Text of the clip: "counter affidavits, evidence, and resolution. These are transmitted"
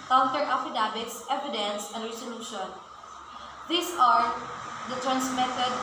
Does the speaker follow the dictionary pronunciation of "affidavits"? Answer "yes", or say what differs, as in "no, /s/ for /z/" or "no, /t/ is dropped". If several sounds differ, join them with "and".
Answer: no, /b/ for /v/